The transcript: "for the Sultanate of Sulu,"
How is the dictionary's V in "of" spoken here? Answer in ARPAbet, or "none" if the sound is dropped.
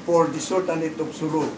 P